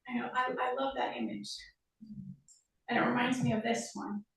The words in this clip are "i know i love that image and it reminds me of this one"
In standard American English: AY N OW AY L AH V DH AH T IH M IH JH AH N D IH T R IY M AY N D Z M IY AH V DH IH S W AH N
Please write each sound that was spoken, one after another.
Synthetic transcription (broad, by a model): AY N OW AY L AH V DH AH T IH M IH JH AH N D IH T R IY M AY N D Z M IY AH V DH IH S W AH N